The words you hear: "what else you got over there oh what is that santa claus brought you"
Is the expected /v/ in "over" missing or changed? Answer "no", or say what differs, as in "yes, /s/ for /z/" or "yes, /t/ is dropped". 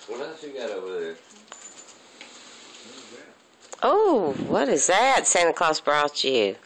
yes, /v/ is dropped